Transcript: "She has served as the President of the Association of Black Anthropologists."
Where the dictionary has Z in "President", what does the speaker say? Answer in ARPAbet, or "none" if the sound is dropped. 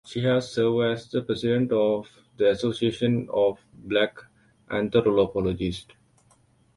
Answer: S